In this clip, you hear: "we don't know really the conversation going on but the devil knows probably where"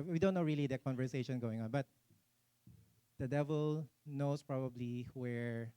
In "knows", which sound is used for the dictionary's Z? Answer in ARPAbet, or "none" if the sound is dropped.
S